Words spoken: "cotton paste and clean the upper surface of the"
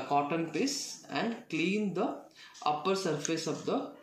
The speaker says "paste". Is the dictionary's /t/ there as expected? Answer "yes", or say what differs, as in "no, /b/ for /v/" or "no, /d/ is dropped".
no, /t/ is dropped